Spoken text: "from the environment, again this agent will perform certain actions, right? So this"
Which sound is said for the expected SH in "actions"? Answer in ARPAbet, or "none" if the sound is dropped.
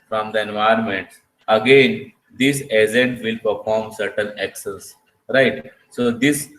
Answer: S